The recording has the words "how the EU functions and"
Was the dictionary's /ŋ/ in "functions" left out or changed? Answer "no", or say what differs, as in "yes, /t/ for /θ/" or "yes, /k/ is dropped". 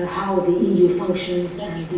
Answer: no